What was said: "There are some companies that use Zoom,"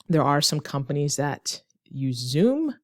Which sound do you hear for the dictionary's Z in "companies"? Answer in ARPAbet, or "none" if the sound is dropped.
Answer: Z